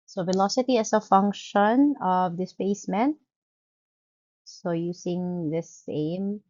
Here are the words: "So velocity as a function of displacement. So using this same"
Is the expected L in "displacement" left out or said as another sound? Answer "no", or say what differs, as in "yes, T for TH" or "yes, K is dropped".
yes, L is dropped